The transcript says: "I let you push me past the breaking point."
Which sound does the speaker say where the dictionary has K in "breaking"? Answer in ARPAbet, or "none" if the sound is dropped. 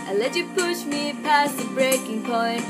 K